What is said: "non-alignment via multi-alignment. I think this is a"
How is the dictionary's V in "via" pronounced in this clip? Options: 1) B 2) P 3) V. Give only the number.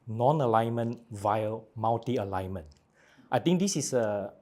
3